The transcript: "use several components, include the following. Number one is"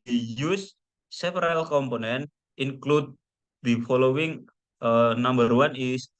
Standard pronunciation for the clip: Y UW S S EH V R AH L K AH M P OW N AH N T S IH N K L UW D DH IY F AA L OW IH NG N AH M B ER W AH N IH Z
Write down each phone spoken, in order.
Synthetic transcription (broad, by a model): Y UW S S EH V R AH L K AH M P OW N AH N T IH N K L UW D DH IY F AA L OW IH NG N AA M B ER W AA N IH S